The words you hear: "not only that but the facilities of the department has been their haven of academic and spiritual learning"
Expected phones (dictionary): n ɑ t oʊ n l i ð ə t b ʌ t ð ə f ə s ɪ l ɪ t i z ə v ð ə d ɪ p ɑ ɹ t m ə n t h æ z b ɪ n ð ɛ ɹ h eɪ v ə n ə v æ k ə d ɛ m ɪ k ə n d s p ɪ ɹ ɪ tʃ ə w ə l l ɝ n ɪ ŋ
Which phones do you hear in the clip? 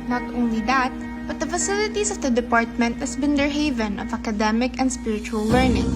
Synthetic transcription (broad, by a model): n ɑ t oʊ n l i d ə t b ʌ t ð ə f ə s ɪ l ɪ t i s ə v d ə d ɪ p ɑ ɹ t m ə n t h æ s b ɪ n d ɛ ɹ h eɪ v ə n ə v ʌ k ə d ɛ m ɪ k ə n d s p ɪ ɹ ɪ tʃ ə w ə l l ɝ n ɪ ŋ